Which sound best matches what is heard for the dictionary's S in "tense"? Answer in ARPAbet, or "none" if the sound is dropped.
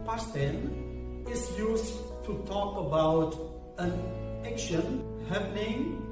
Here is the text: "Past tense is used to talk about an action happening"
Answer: none